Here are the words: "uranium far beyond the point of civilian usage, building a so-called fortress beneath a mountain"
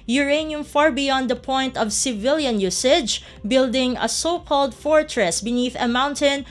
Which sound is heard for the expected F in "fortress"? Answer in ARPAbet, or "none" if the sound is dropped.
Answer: F